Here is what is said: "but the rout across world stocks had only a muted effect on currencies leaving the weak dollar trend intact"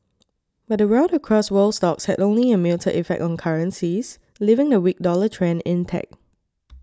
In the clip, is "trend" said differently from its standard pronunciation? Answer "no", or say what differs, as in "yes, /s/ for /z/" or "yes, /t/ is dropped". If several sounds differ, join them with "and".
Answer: yes, /d/ is dropped